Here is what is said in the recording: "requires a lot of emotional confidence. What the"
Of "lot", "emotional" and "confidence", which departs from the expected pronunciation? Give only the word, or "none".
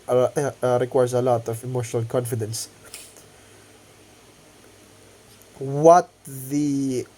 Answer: none